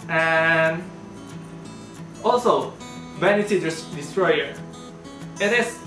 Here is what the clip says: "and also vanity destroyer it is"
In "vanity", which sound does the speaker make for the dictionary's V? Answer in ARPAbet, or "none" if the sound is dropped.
B